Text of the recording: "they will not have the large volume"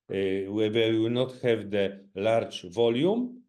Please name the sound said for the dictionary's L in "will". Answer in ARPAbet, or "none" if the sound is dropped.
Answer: W